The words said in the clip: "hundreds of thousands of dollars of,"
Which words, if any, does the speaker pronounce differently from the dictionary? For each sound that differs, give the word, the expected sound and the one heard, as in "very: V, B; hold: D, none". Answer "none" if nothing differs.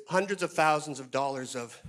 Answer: none